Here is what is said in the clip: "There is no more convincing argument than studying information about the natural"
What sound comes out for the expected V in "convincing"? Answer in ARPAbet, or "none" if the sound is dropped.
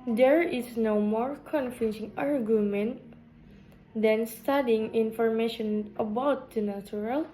F